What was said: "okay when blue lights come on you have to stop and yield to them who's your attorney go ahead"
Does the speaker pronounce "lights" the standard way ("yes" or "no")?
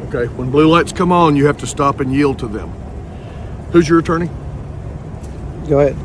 yes